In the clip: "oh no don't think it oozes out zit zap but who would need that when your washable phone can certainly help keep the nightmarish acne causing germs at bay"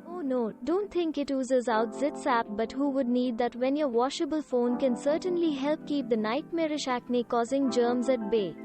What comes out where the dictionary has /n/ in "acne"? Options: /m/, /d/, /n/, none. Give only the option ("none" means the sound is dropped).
/n/